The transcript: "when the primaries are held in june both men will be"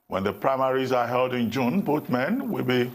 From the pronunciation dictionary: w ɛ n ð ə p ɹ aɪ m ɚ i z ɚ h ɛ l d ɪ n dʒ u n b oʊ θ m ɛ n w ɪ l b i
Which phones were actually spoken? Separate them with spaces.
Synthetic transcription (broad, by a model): w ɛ n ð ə p ɹ aɪ m ɚ i z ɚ h ɛ l d ɪ n dʒ u n b oʊ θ m ɛ n w ɪ l b i